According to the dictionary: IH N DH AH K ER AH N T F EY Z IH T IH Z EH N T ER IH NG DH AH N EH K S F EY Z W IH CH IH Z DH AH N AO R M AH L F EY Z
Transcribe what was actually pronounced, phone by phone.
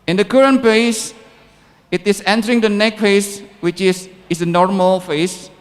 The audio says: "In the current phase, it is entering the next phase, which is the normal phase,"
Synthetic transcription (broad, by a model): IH N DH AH K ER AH N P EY S IH T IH S EH N T ER IH NG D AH N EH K F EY S W IH CH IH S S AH N AO R M AH L F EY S